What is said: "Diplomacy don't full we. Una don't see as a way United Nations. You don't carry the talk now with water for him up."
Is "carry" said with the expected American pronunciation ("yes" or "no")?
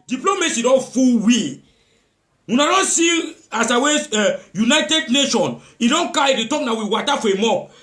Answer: no